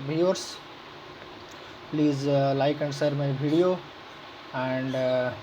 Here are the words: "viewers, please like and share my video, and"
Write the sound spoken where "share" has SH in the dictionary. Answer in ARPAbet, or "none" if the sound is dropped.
S